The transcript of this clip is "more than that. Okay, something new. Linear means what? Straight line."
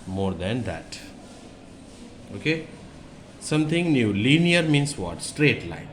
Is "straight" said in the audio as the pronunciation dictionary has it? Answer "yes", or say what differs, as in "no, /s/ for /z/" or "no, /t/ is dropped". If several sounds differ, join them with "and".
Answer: yes